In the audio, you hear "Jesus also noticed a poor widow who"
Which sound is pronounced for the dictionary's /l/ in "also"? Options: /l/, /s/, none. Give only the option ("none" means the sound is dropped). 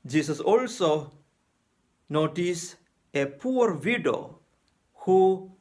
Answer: /l/